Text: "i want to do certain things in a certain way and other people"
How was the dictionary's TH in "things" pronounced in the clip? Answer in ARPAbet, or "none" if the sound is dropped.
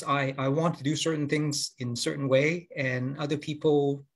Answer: TH